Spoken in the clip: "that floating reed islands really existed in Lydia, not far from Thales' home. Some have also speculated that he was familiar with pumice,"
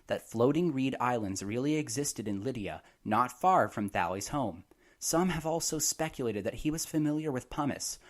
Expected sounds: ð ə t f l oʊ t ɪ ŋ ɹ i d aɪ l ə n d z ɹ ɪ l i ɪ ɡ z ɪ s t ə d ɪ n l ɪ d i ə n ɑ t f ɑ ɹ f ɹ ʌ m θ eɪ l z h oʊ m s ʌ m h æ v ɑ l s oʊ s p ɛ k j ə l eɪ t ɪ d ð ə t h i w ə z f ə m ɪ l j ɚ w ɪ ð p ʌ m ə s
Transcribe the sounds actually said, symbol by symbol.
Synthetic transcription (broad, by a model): ð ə t f l oʊ t ɪ ŋ ɹ i d aɪ l ə n d z ɹ ɪ l i ɪ ɡ z ɪ s t ə d ɪ n l ɪ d i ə n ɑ t f ɑ ɹ f ɹ ʌ m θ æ l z h oʊ m s ʌ m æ v ɑ l s oʊ s p ɛ k j ə l eɪ t ɪ d ð ə t h i w ə z f ə m ɪ l j ɚ w ɪ ð p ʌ m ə s